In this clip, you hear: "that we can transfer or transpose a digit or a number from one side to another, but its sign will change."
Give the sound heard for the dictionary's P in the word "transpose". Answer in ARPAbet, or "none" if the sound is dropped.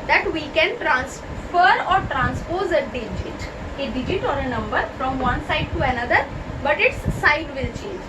P